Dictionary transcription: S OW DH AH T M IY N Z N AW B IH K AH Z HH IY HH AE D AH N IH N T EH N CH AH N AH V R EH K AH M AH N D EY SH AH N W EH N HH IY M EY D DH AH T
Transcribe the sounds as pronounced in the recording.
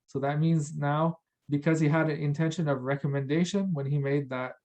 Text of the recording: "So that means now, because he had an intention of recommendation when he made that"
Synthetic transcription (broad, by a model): S OW DH AH T M IY N Z N AW B IH K AH Z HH IY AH D AH N IH N T EH N SH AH N AH V R EH K AH M AH N D EY SH AH N W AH N IY M EY D DH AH T